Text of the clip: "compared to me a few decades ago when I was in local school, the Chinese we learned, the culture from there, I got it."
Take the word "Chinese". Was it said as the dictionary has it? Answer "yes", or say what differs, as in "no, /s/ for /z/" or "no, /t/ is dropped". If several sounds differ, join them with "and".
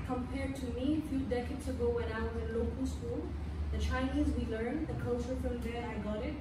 yes